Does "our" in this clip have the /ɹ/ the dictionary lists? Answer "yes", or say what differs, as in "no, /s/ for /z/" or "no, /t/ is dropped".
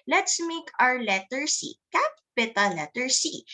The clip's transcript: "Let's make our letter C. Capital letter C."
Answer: yes